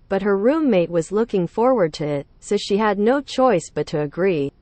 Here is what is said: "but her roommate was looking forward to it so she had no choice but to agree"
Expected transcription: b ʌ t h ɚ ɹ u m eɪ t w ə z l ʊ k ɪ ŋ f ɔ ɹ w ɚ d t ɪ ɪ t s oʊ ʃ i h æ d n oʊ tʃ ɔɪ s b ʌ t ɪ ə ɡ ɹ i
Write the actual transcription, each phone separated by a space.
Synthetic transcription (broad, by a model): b ʌ t h ɚ ɹ u m eɪ t w ə z l ʊ k ɪ ŋ f ɔ ɹ w ɚ d t ɪ ɪ t s oʊ ʃ i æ d n oʊ tʃ ɔɪ s b ʌ t ɪ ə ɡ ɹ i